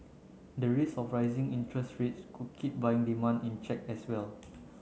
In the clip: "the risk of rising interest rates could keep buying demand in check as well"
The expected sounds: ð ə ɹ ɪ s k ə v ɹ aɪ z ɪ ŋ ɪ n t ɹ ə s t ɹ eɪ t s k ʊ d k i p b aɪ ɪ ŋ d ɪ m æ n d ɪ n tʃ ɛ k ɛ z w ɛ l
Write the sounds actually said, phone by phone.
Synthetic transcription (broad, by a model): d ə ɹ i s ə f ɹ aɪ z ɪ ŋ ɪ n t ɹ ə s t ɹ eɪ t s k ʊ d k i p b aɪ ɪ ŋ d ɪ m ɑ n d ɪ n tʃ ɛ k ɛ s w ɛ l